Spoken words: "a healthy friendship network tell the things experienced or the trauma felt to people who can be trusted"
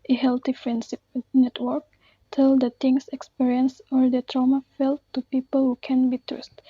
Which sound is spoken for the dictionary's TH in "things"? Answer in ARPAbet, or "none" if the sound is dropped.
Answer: T